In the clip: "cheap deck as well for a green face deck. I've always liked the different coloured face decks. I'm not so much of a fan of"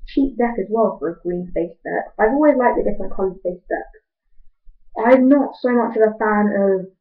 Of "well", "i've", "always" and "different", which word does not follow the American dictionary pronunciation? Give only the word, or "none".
different